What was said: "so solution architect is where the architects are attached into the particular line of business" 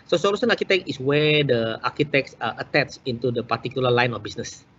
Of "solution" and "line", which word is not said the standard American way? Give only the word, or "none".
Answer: solution